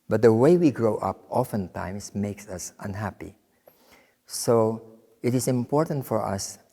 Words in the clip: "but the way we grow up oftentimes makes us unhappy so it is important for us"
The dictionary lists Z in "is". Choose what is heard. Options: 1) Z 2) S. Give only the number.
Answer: 2